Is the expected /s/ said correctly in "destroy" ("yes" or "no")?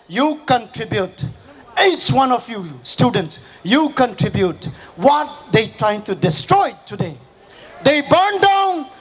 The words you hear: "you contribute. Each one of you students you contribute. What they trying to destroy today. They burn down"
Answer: yes